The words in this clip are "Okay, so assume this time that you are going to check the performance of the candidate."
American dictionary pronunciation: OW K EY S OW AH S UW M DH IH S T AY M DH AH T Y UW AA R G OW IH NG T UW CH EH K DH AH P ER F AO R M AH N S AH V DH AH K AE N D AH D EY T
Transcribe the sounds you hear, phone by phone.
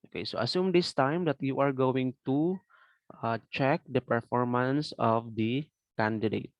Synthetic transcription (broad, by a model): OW K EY S OW AH S UW M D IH S T AY M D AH T Y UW AA R G OW IH NG T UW CH EH K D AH P ER F AO R M AH N S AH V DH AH K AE N D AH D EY T